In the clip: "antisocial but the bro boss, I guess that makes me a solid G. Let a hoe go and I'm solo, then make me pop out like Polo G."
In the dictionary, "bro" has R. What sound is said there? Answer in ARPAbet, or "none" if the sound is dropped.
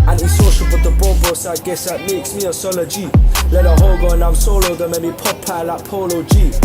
none